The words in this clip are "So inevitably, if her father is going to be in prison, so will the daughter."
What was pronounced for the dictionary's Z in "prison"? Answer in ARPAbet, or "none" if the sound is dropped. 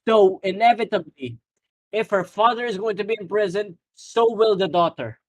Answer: Z